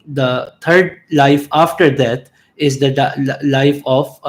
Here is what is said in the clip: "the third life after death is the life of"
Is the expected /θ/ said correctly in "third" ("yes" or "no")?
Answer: no